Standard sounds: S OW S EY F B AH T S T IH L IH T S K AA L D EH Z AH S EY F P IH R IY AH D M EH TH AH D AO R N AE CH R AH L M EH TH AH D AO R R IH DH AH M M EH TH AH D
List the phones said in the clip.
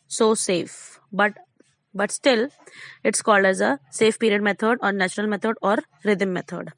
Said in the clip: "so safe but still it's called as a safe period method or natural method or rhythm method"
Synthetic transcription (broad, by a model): S OW S EY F B AH T S T IH L IH T S K AA L D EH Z AH S EY F P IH R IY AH D M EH T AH D AO R N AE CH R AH L M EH T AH D AO R R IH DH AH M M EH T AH D